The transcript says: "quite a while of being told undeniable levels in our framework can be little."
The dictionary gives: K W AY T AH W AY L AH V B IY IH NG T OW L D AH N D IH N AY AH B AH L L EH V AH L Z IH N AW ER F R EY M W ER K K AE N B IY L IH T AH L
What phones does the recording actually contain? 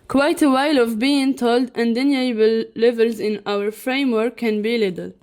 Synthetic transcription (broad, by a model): K W AY T AH W AY L AH V B IY IH NG T OW L D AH N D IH N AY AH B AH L L EH V AH L Z IH N AW ER F R EY M W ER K K AE N B IY L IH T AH L